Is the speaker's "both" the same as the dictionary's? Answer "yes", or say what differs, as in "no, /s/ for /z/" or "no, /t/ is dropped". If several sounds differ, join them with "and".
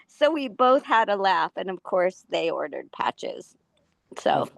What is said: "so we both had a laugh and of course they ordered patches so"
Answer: yes